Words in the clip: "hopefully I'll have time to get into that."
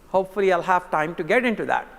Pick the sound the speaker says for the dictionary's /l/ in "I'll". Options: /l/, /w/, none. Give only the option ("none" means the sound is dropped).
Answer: /l/